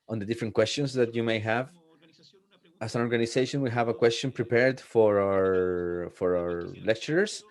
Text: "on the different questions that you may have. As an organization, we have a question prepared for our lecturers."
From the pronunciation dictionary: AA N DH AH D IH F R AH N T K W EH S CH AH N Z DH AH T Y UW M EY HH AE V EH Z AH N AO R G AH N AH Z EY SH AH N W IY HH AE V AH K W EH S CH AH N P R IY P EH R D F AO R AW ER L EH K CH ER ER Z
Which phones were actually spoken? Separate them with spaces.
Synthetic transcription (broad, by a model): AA N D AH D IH F R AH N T K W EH S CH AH N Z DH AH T Y UW M EY HH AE V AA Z AH N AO R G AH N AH S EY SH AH N W IY HH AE V AH K W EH S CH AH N P R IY P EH R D F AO R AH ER L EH K CH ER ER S